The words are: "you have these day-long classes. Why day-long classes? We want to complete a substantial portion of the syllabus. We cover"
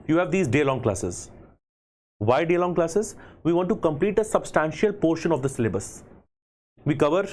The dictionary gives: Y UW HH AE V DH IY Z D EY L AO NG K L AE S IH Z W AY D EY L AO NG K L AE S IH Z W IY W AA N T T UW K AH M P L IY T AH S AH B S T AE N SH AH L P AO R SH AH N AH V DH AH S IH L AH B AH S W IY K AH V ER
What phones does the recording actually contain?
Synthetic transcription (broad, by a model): Y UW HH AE V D IY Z D EY L AO NG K L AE S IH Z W AY D EY L AO NG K L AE S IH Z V IY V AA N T T UW K AH M P L IY T AH S AH B S T AE N SH AH L P AO R SH AH N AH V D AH S IH L AH B AH S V IY K AH V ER